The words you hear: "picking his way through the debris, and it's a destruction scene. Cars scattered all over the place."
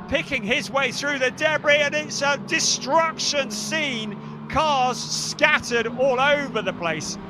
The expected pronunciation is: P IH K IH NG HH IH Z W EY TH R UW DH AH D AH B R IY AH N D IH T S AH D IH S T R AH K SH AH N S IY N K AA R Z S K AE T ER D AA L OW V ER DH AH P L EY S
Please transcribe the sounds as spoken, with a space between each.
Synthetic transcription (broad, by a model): P IH K IH NG IH Z W EY TH R UW DH AH D AH B R IY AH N IH T S AH D IH S T R AH K SH AH N S IY N K AA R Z S K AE T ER D AA L OW V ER DH AH P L EY S